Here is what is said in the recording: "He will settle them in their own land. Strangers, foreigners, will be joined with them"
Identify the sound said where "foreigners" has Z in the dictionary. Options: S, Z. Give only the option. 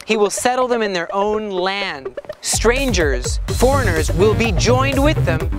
Z